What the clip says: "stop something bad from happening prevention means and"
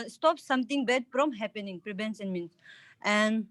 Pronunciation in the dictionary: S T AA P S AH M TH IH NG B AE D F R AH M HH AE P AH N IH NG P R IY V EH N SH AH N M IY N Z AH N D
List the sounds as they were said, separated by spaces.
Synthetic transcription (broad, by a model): S T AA P S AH M T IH NG B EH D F R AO M HH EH P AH N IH NG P R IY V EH N S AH N M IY N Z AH N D